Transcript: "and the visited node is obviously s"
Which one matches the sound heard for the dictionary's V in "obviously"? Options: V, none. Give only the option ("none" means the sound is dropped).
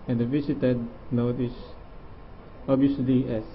none